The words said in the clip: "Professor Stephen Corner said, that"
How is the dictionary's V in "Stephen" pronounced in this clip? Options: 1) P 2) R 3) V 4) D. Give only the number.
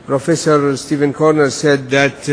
3